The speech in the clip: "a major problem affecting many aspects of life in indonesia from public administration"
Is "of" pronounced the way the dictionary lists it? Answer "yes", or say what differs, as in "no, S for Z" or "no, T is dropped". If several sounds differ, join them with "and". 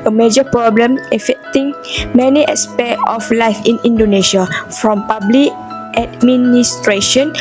no, F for V